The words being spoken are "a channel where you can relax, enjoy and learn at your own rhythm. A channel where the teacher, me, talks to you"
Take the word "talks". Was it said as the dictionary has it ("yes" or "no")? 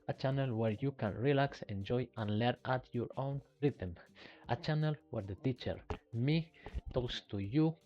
yes